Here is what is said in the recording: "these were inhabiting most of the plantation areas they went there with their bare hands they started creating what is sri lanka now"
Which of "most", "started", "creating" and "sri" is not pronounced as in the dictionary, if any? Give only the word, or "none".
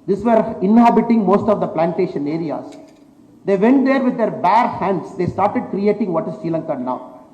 sri